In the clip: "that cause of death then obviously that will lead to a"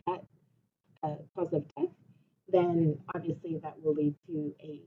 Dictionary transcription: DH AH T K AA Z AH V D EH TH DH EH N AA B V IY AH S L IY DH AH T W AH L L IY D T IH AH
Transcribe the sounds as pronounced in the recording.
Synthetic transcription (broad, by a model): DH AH T K AA Z AH V D EH TH DH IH N AA B V IY AH S L IY DH AH T W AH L L IY D T IH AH